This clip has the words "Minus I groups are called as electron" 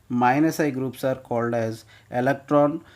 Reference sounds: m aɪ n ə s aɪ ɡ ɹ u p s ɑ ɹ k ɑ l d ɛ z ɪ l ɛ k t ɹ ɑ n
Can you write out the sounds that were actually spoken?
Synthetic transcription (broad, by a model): m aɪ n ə s aɪ ɡ ɹ u p s ɑ ɹ k ɑ l d ɛ z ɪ l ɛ k t ɹ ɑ n